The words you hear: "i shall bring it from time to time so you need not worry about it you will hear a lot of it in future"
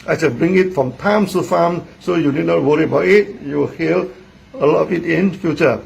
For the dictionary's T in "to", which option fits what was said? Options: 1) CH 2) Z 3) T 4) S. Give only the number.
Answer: 4